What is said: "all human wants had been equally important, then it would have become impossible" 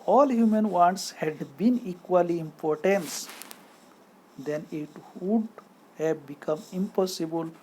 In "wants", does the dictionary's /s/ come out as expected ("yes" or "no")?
yes